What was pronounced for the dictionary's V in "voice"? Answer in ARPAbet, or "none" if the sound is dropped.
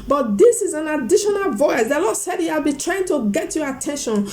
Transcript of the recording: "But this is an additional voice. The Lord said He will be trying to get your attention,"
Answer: V